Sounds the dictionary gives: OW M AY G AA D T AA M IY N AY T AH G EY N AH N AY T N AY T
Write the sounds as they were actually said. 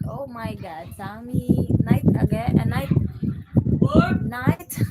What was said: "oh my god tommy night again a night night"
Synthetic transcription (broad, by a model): OW M AY G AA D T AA M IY N AY T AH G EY AH N AY T N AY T